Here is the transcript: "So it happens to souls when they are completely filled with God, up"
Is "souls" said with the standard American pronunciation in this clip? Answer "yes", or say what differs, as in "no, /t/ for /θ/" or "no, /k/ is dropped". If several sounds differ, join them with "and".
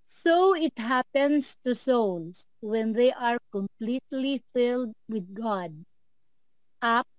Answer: no, /s/ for /z/